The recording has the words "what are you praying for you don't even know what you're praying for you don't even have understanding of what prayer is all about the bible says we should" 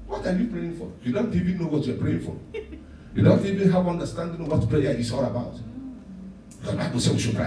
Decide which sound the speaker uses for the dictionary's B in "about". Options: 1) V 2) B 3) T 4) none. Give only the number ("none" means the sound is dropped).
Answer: 2